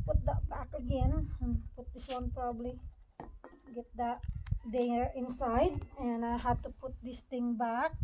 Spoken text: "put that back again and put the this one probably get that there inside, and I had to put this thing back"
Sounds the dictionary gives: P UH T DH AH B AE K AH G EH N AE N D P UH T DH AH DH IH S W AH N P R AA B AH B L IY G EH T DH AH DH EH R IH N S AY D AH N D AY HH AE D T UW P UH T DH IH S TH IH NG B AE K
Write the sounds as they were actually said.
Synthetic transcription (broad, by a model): P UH T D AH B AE K AH G EH N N P UH T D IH S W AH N P R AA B B L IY G EH T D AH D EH R IH N S AY D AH N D AY HH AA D T UW P UH T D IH S T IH NG B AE K